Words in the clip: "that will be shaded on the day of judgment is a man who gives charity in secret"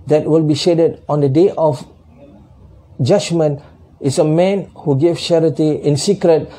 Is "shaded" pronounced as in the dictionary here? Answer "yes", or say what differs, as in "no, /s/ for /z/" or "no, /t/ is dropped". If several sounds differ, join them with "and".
yes